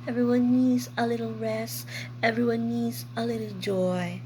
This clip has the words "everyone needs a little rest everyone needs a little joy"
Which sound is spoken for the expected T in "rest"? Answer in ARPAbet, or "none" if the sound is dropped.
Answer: none